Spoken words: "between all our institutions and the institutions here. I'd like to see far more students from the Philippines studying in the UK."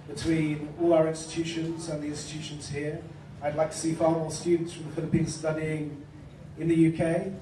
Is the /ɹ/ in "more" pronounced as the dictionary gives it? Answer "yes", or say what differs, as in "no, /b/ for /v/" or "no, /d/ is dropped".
no, /l/ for /ɹ/